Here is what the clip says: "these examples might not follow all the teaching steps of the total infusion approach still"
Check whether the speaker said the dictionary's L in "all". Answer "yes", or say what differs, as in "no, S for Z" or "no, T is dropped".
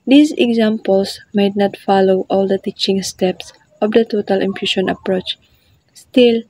yes